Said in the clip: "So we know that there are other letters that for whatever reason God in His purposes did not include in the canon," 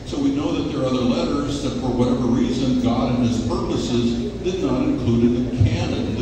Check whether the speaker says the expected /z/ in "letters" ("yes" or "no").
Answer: yes